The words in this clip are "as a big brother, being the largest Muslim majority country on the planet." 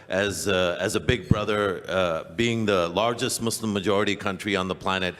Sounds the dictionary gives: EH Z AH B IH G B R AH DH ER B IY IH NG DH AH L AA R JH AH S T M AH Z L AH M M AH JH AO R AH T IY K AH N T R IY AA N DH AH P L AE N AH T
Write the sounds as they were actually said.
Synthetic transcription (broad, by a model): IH Z AH B IH G B R AH DH ER B IY IH NG DH AH L AA R JH AH S T M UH S L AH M M AH JH AO R AH T IY K AH N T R IY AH N DH AH P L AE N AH T